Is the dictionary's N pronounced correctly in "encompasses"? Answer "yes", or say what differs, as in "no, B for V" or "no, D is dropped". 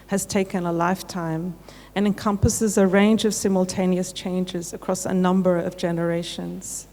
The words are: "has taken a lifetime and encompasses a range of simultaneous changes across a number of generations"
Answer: yes